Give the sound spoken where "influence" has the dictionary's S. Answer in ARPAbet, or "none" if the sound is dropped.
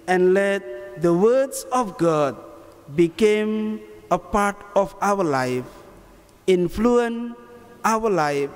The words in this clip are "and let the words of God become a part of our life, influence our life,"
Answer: none